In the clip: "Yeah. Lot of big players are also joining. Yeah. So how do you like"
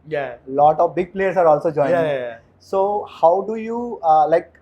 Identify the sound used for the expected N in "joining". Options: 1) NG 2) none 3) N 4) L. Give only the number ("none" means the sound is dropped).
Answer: 2